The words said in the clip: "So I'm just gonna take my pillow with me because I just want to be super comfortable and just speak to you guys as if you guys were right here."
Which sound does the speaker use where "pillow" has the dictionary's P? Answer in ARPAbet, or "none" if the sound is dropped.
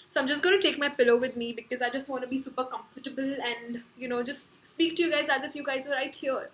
P